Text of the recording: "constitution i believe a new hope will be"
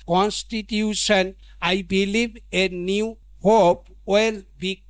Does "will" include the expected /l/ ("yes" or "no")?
yes